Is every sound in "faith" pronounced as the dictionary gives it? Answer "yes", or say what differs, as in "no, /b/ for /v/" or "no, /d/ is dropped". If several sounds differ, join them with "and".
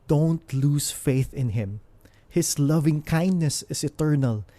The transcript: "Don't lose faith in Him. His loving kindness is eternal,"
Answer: yes